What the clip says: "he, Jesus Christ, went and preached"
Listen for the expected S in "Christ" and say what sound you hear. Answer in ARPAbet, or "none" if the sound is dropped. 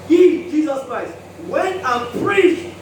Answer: S